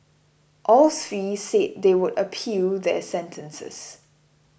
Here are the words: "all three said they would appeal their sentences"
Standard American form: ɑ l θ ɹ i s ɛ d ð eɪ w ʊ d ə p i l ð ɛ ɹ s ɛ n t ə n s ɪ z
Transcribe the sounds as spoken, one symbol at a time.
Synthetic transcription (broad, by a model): ɑ l s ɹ i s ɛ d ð eɪ w ʊ d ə p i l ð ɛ s ɛ n t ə n s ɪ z